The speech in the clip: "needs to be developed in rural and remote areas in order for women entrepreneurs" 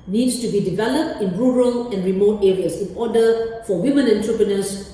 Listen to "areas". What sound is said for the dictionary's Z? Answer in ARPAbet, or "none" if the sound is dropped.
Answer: S